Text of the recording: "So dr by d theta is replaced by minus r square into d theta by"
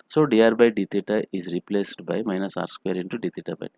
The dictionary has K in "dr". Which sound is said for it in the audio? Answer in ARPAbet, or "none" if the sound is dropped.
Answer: none